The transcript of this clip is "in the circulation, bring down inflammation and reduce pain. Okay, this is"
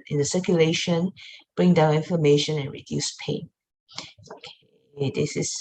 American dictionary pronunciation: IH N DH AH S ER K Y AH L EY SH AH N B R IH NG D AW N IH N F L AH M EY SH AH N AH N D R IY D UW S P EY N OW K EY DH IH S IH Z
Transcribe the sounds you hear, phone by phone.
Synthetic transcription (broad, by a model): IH N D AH S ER K Y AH L EY SH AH N B R IH NG D AW N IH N F AH M EY SH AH N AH N R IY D UW S P EY N OW K EY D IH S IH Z